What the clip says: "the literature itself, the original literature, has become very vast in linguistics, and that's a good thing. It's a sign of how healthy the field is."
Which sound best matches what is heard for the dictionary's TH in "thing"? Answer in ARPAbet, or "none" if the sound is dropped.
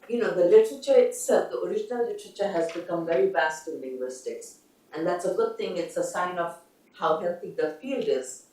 T